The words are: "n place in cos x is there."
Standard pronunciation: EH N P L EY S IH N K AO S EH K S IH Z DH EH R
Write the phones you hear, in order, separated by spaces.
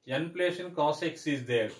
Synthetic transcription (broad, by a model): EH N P L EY SH IH N K AO S EH K S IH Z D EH R